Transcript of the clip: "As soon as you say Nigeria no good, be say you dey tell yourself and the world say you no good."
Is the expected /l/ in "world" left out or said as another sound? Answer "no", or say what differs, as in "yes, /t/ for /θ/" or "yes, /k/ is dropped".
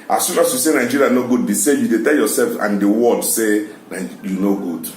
yes, /l/ is dropped